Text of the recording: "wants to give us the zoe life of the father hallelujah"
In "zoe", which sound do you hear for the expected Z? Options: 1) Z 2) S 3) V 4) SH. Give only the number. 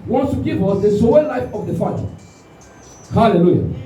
2